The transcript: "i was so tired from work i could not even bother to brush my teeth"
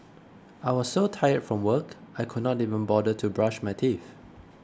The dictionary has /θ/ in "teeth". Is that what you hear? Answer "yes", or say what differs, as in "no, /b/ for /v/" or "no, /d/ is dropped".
no, /f/ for /θ/